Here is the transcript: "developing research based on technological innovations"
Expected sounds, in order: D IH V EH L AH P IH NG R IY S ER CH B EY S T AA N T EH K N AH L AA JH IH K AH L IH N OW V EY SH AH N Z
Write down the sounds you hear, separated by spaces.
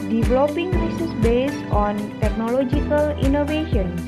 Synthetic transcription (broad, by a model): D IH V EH L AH P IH NG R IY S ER S B EY S T AA N T EH K N AH L AA JH IH K AH L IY N OW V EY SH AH N